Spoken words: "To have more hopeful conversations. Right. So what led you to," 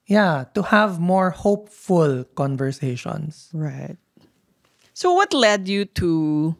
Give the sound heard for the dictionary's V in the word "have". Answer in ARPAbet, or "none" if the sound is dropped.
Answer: V